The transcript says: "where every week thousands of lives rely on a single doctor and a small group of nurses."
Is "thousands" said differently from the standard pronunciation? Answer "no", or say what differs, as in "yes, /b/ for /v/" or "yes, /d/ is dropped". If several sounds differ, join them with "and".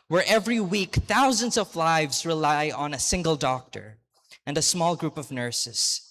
no